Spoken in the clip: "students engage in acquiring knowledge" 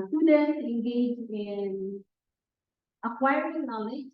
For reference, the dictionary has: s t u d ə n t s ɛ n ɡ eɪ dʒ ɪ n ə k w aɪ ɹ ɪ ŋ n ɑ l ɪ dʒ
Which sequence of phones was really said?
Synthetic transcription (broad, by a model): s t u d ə n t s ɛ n ɡ eɪ dʒ ɪ n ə k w aɪ ɪ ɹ n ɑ l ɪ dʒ